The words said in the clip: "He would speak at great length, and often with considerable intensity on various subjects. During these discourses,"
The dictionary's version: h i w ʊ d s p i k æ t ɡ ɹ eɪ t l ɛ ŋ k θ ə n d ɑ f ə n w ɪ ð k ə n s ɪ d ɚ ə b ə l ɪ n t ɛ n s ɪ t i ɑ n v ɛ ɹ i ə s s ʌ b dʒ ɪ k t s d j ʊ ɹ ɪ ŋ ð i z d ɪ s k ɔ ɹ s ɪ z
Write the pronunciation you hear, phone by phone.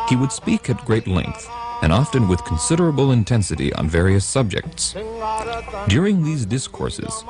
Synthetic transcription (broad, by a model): h i w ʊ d s p i k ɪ t ɡ ɹ eɪ t l ɛ ŋ k θ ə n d ɑ f ə n w ɪ ð k n s ɪ d ɚ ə b l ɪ n t ɛ n s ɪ t i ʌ n v ɛ ɹ i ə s s ʌ b dʒ ɪ k t s d j ʊ ɹ ɪ ŋ ð i z d ɪ s k ɔ ɹ s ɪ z